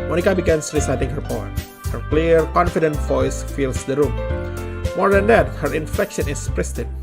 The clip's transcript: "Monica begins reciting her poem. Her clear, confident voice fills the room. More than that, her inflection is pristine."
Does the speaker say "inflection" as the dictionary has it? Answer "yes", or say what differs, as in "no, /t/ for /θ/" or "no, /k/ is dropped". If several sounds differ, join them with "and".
no, /l/ is dropped